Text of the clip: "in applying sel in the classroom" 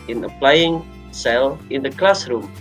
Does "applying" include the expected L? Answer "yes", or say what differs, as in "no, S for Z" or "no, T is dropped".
yes